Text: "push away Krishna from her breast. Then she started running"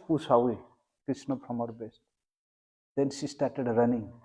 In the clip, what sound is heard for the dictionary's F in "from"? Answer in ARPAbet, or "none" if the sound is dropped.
P